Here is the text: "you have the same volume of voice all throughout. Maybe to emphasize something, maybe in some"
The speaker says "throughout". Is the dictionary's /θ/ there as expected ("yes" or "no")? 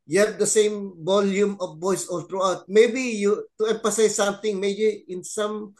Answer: no